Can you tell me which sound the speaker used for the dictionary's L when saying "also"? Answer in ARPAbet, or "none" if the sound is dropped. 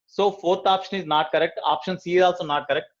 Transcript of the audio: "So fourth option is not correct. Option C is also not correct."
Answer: L